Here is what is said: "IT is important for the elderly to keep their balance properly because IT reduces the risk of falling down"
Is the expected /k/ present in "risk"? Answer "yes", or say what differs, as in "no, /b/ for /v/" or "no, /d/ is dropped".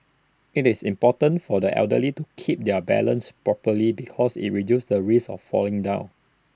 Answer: no, /k/ is dropped